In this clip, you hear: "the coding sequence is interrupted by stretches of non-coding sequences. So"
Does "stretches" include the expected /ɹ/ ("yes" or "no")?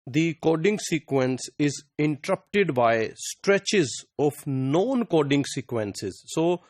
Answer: yes